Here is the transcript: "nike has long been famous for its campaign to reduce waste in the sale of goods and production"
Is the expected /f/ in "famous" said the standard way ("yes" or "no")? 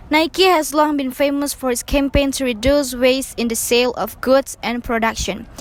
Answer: yes